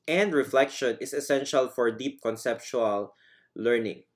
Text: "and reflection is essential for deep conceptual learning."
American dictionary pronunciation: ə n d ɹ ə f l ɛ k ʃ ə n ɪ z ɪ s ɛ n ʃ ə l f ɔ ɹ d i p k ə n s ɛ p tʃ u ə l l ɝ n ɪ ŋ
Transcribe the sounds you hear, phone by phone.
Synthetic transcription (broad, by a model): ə n d ɹ ə f l ɛ k ʃ ə n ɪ s ɪ s ɛ n ʃ ə l f ɔ ɹ d i p k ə n s ɛ p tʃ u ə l l ɝ n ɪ ŋ